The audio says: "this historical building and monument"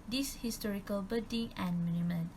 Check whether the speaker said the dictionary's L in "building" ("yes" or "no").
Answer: no